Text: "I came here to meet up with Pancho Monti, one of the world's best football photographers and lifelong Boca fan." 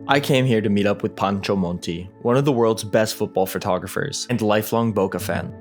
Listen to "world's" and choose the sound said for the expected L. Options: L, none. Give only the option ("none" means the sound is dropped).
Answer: L